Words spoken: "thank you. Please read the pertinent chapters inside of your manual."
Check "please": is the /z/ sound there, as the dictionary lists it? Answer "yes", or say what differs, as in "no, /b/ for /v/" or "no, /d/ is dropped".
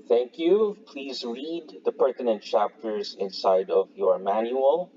yes